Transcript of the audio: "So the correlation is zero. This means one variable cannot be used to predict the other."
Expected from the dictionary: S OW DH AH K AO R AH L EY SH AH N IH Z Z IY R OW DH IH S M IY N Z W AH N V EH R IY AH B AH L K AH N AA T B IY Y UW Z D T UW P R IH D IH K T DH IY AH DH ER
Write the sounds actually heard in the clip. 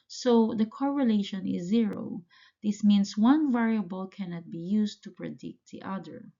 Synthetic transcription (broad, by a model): S OW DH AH K AO R AH L EY SH AH N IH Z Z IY R OW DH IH S M IY N S W AH N V EH R IY AH B AH L K AH N AA T B IY Y UW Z T UW P R IH D IH K T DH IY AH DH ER